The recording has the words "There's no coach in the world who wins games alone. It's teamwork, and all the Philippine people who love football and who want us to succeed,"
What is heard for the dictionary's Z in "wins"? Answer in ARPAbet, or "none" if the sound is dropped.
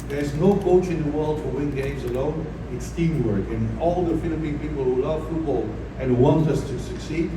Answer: none